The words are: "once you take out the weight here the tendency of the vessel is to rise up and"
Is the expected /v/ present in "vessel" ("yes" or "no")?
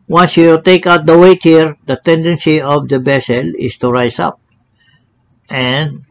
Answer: no